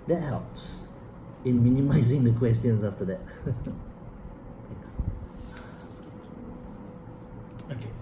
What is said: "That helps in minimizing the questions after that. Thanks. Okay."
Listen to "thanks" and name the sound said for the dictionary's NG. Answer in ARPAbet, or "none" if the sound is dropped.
none